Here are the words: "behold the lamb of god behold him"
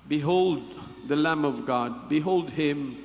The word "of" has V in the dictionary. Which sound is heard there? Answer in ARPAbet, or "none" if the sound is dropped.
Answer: V